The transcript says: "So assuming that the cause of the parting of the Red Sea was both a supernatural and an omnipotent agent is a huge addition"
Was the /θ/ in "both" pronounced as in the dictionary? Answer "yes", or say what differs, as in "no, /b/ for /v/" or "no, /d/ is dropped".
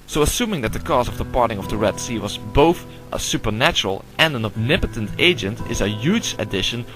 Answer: yes